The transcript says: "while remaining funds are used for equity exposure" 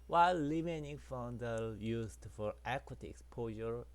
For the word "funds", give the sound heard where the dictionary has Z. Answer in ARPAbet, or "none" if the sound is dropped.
none